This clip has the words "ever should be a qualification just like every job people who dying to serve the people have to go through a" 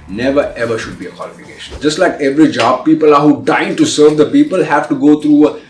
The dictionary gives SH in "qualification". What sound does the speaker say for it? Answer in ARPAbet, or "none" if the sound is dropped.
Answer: SH